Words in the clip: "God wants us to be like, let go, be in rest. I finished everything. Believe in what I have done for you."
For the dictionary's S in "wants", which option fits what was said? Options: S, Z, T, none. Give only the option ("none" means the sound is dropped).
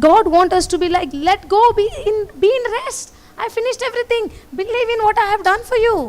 none